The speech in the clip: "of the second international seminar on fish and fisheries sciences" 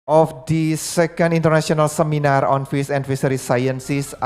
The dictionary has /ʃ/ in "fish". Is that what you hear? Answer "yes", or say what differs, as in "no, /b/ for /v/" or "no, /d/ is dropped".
no, /s/ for /ʃ/